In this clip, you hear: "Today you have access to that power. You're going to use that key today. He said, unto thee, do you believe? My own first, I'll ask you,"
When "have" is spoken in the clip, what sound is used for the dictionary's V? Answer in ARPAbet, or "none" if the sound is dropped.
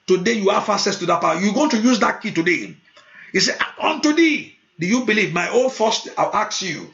F